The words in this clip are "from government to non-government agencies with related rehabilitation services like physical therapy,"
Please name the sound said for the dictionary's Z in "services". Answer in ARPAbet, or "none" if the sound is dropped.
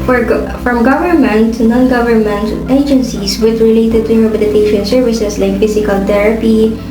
S